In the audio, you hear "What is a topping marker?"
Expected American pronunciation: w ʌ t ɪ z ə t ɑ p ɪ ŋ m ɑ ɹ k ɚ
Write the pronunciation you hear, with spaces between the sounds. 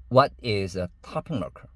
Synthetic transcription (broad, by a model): w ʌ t ɪ z ə t ɑ p ɪ ŋ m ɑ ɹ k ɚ